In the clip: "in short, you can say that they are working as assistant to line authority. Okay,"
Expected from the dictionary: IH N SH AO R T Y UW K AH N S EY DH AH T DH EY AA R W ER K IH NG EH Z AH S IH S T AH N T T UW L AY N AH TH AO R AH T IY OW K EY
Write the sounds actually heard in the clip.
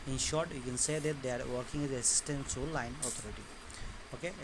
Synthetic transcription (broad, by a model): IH N SH AO R T Y UW K AH N S EY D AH T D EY AA R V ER K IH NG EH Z AH S IH S T AH N T S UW L AY N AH T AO R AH T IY OW K EY